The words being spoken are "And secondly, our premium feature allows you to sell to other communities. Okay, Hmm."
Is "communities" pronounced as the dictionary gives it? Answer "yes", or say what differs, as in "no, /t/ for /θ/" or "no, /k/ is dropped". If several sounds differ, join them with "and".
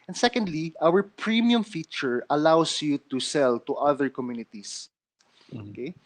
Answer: no, /s/ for /z/